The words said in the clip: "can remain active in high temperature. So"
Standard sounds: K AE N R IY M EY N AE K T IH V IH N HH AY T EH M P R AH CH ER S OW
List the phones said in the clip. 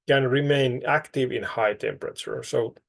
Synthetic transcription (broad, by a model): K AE N R IY M EY N AE K T IH V IH N HH AY T EH M P R AH CH ER S OW